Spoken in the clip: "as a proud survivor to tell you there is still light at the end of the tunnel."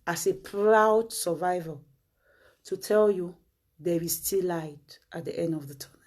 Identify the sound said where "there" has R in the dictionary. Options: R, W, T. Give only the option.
W